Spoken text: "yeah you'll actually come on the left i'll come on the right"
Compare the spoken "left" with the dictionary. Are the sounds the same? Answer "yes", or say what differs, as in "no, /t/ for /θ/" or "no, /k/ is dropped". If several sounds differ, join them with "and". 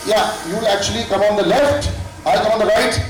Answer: yes